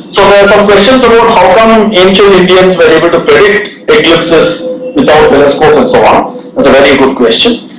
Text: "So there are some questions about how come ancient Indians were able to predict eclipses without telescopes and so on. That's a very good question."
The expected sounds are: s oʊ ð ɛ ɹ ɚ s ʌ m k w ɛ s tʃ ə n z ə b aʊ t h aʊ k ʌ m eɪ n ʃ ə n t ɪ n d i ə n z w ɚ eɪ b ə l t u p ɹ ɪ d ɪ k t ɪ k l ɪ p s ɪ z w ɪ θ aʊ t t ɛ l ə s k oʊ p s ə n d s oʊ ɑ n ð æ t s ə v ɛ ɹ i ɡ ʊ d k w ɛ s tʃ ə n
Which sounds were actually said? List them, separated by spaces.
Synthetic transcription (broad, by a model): s oʊ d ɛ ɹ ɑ s ʌ m k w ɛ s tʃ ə n s ə b aʊ t h aʊ k ʌ m eɪ n ʃ ə n t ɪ n d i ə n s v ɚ eɪ b ə l t u p ɹ ɪ d ɪ k t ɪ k l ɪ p s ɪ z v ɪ t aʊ t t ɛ l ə s k oʊ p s ə n d s oʊ ɑ n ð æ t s ə v ɛ ɹ i ɡ ʊ d k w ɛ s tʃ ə n